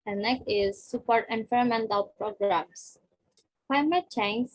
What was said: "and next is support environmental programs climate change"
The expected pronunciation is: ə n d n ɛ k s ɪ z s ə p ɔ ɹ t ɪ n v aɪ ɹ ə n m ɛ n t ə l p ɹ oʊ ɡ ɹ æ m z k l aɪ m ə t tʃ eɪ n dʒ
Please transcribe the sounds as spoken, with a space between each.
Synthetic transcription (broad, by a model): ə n n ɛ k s ɪ z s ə p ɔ ɹ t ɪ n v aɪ ə m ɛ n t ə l p ɹ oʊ ɡ ɹ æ m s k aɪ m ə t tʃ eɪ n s